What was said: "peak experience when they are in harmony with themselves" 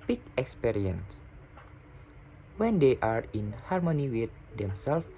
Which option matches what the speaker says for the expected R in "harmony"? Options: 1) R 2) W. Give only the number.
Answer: 1